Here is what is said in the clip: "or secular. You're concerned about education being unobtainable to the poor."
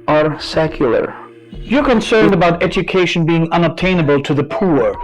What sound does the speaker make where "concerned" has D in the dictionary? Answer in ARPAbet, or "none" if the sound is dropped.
D